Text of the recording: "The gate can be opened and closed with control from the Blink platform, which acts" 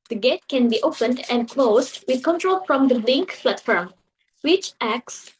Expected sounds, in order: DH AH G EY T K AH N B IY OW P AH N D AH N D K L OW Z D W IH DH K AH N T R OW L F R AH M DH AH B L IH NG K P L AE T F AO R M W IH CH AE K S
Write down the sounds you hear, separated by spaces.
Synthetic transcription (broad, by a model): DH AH G EY T K AH N B IY OW P AH N D AH N D K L OW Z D W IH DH K AH N T R OW L F R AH M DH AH L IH NG K F L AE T F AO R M W IH CH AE K S